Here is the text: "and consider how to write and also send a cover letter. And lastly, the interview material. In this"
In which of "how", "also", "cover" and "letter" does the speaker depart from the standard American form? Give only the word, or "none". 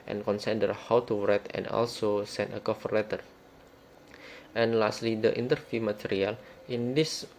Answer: cover